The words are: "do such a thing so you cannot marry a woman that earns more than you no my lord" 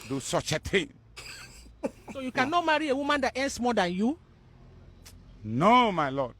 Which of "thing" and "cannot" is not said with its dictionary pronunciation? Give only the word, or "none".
thing